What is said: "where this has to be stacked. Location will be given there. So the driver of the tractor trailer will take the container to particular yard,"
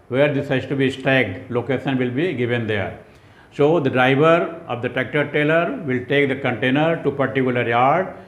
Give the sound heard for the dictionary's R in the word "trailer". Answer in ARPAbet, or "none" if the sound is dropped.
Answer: none